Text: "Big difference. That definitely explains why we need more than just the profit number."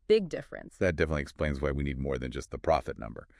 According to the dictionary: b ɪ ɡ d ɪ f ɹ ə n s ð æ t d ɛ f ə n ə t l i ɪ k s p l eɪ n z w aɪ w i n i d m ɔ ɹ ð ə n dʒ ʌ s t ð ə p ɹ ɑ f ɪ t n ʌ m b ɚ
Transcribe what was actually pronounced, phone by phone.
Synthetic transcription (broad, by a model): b ɪ ɡ d ɪ f ɹ ə n s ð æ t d ɛ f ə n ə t l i ɪ k s p l eɪ n z w aɪ w i n i d m ɔ ɹ ð ə n dʒ ʌ s t ð ə p ɹ ɑ f ɪ t n ʌ m b ɚ